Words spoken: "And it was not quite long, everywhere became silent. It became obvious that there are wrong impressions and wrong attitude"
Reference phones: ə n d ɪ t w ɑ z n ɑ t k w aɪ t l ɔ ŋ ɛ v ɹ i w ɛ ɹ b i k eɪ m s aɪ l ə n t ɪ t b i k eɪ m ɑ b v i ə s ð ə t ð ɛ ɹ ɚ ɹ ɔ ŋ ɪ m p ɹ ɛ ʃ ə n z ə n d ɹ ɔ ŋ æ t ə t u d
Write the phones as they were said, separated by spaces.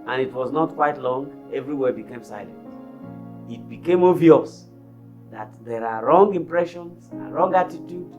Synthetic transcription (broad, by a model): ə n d ɪ t w ɑ z n ɑ t k w aɪ t l ɔ ŋ ɛ v ɹ i w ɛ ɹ b i k eɪ m s aɪ l ə n t ɪ t b i k eɪ m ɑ v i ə s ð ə t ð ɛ ɹ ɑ ɹ ɔ ŋ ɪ m p ɹ ɛ ʃ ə n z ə ɹ ɔ ŋ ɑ t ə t u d